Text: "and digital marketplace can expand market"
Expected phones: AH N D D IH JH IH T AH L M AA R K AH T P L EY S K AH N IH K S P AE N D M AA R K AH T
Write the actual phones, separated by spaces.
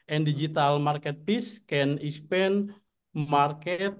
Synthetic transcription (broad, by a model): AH N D D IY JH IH T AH L M AA R K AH T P IY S K AH N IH S P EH N M AA R K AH T